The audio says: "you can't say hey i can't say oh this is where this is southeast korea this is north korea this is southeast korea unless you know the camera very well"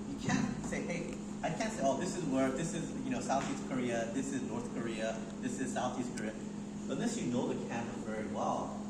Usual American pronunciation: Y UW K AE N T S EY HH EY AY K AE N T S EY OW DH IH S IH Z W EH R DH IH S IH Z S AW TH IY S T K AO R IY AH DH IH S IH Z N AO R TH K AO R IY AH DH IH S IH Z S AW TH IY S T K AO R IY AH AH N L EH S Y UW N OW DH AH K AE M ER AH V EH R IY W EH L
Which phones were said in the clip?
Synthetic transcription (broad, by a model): Y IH K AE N S EY HH EY AY K AE N T S EY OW DH IH S IH Z W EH R DH IH S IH Z S AW TH IY S T K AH R IY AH DH IH S IH Z N AO R TH K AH R IY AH DH IH S IH Z S AW TH IY S T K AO R IY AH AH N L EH S Y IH N OW DH AH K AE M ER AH V EH R IY W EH L